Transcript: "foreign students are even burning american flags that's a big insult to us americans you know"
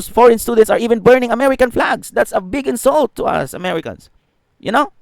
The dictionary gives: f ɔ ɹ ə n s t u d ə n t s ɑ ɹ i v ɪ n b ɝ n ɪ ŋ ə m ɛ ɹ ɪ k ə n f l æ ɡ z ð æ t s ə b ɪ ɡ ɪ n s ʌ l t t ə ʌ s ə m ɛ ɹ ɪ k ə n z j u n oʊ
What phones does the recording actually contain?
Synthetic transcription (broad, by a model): f ɔ ɹ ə n s t u d ə n t s ɑ ɹ i v ɪ n b ɝ n ɪ ŋ ə m ɛ ɹ ɪ k ə n f l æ ɡ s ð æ t s ə b ɪ ɡ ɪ n s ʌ l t t ə ʌ s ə m ɛ ɹ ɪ k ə n s j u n oʊ